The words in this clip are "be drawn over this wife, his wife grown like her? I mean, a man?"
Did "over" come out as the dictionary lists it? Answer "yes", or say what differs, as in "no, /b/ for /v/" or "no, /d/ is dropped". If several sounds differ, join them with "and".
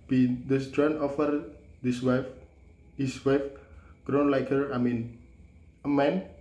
no, /f/ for /v/